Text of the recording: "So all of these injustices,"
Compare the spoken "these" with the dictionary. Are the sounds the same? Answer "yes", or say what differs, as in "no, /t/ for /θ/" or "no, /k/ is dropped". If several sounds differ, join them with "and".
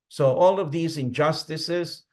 yes